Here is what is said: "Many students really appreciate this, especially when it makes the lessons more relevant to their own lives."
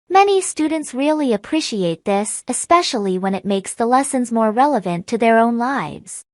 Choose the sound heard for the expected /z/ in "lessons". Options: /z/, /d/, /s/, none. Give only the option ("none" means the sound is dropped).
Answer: /z/